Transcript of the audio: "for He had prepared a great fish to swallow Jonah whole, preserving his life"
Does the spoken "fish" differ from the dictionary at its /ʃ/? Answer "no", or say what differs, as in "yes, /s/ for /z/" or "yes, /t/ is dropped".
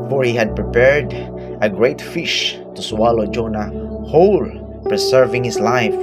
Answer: no